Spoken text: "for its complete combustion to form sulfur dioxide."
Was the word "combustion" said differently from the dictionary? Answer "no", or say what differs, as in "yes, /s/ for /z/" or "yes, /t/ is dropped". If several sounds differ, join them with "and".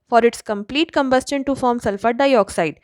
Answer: no